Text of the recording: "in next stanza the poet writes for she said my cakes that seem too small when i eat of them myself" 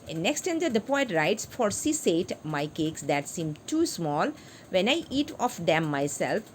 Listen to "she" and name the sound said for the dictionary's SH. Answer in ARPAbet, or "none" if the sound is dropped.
S